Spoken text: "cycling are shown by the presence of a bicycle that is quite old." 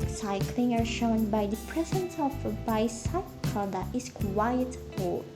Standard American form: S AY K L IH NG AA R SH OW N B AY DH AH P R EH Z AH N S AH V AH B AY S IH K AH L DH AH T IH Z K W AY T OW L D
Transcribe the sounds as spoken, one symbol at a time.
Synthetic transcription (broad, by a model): S AY K L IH NG AA R SH OW N B AY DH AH P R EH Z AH N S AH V AH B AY S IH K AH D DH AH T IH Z K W AY OW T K